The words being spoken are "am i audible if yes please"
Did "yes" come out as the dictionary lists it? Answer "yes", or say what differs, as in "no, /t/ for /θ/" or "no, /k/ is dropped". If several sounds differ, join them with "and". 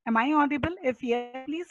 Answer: no, /s/ is dropped